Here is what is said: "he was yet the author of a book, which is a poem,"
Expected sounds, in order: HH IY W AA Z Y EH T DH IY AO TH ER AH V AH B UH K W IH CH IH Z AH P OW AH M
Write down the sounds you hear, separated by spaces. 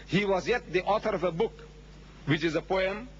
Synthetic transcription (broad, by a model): HH IY W AA Z Y EH T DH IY AO TH ER AH V AH B UH K W IH CH IH Z AH P OW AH M